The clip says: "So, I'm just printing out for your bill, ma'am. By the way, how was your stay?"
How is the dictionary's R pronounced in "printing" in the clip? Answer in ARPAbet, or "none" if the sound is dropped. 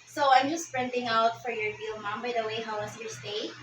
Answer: R